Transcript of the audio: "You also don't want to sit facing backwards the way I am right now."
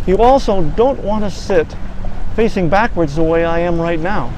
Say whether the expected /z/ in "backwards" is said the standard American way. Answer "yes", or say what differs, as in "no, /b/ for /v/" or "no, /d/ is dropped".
yes